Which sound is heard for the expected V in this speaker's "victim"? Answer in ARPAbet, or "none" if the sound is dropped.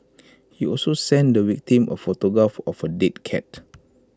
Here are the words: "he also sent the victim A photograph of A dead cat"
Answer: W